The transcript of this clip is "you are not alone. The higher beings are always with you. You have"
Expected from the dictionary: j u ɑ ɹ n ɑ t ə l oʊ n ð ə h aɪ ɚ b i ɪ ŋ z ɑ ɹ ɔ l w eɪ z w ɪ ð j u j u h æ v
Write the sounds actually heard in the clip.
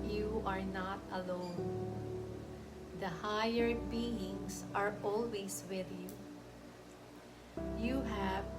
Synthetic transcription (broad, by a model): j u ɑ ɹ n ɑ t ə l oʊ n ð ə h aɪ ɚ b i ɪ ŋ s ɑ ɹ ɔ l w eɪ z w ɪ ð j u j u h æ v